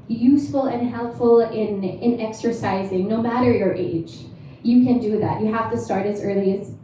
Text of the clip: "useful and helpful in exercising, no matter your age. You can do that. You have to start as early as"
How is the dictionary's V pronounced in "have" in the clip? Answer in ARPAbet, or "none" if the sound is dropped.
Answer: F